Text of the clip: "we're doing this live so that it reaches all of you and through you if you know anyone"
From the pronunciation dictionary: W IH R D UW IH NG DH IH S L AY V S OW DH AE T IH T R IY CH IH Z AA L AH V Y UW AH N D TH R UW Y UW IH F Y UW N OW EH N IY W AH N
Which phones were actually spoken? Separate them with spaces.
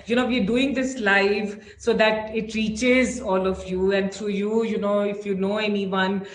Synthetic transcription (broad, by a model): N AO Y D UW IH NG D IH S L AY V S OW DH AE T IH T R IY CH IH Z AA L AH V Y UW AH N D T R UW Y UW IH F Y UW N OW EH N IY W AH N